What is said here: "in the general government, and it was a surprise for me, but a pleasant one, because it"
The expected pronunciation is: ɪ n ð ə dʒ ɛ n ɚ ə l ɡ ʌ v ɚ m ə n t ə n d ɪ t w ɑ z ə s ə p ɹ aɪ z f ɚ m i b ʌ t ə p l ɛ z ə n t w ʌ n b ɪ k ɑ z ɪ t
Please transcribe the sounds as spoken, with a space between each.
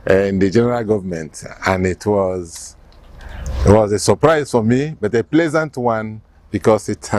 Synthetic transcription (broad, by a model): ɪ n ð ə dʒ ɛ n ɚ ə l ɡ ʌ v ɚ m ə n t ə n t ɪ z w ɑ z ə s ə p ɹ aɪ z f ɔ m i b ʌ t ə p l ɛ z ə n t w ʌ n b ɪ k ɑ s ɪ t